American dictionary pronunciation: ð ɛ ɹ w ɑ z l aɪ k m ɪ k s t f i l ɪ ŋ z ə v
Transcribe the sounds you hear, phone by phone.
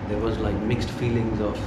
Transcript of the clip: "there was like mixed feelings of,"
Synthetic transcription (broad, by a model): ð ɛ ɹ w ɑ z l aɪ k m ɪ k s t f i l ɪ ŋ z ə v